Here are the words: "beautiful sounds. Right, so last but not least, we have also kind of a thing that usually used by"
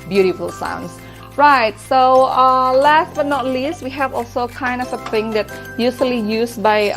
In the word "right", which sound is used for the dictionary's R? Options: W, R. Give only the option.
R